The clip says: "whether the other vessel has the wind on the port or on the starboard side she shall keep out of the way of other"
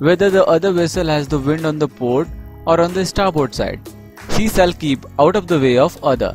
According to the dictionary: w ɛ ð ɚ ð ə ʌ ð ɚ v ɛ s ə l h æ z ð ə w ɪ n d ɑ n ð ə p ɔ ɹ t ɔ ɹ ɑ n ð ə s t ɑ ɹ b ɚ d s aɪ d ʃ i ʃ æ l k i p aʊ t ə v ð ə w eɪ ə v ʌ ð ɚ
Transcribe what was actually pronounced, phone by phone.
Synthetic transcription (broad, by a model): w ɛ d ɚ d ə ʌ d ɚ v ɛ s ə l h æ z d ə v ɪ n d ɑ n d ə p ɔ ɹ t ɔ ɹ ɑ n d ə s t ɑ ɹ b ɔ d s aɪ d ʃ i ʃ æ l k i p aʊ t ə v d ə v eɪ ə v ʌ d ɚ